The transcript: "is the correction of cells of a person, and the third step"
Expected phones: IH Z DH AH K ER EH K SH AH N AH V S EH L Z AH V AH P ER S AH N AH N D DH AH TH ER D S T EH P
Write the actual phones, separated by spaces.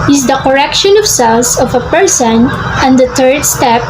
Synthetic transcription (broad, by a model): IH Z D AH K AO EH K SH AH N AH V S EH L S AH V AH P ER S AH N AH N D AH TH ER D S T EH P